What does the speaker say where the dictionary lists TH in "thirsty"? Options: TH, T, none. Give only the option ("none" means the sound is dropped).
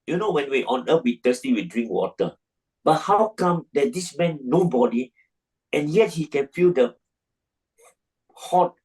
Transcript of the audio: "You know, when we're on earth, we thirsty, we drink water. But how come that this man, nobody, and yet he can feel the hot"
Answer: T